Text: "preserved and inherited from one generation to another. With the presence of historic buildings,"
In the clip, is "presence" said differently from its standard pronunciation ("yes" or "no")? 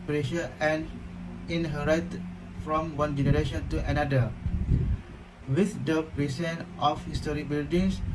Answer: yes